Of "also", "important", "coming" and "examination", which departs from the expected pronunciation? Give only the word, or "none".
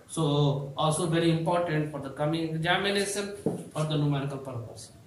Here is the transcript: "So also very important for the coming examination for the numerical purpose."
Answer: examination